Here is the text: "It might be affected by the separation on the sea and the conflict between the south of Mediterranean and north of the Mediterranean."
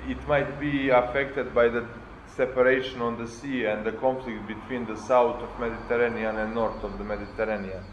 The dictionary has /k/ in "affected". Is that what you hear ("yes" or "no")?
yes